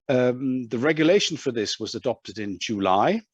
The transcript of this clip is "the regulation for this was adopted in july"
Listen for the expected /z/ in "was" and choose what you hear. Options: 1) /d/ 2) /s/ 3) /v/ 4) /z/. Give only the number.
4